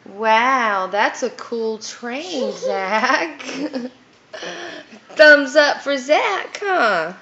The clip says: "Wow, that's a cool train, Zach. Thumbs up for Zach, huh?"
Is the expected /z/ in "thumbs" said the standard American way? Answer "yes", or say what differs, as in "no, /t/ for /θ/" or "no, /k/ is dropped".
yes